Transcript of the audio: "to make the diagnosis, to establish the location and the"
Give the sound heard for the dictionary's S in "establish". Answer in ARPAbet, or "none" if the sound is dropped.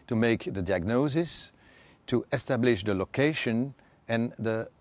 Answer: S